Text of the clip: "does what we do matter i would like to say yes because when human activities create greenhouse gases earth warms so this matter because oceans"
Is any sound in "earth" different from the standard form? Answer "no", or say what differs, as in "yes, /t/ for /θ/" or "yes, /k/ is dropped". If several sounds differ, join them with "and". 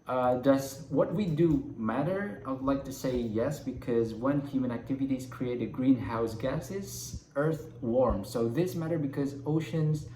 no